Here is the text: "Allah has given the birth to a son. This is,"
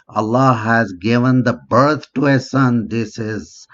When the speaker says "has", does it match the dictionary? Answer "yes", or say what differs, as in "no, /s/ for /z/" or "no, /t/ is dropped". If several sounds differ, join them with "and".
yes